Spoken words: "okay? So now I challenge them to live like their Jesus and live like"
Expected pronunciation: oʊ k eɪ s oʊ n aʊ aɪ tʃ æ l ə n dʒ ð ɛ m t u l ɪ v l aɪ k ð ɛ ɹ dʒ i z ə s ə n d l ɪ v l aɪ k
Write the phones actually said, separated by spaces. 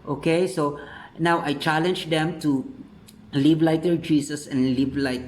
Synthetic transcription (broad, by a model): oʊ k eɪ s oʊ n aʊ aɪ tʃ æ l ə n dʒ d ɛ m t u l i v l aɪ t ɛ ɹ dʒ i s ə s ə n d l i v l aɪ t